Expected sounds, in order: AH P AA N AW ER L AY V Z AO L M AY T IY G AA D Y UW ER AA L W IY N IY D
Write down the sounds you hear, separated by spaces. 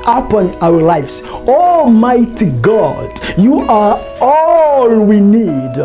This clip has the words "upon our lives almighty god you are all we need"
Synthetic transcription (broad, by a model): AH P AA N AW ER L AY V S AO M AY T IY G AA D Y UW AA AA L W IY N IY D